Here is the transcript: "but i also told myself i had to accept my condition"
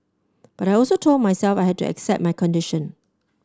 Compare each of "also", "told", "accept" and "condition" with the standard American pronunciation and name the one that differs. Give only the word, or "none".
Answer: none